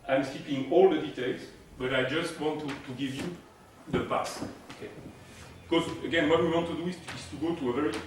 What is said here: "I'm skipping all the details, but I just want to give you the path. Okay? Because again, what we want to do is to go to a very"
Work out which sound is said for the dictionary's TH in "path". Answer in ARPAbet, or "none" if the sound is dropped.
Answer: S